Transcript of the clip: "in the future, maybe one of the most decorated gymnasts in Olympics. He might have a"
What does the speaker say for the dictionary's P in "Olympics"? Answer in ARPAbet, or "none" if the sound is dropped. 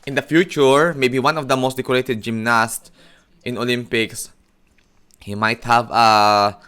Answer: P